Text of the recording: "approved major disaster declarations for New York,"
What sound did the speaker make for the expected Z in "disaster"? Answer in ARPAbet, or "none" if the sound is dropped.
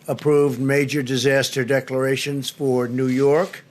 Z